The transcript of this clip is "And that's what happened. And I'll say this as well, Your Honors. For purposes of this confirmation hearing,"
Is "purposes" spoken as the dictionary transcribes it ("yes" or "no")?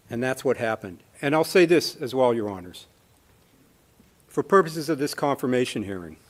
yes